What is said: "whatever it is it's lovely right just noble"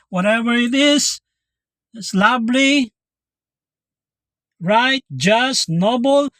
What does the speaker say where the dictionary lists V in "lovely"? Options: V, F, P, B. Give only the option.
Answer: B